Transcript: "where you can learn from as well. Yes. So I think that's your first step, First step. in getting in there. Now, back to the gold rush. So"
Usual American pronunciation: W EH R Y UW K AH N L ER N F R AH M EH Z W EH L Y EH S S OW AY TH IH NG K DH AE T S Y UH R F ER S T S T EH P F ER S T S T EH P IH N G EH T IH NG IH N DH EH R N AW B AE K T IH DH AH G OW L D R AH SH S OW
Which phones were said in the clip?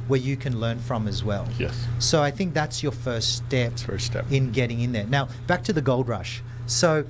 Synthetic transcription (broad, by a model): W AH R Y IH K AH N L ER N F R AH M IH Z W EH L Y EH S S OW AY TH IH NG K DH AE T S Y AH R F ER S T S T EH P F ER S S T EH P IH N G EH T IH NG IH N DH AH R N AW B AE K T IH DH AH G OW L D R AH SH S OW